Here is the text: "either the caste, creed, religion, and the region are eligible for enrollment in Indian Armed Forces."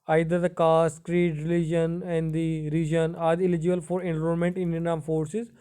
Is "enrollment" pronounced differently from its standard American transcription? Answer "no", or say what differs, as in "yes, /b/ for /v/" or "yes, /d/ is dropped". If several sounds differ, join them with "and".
yes, /l/ is dropped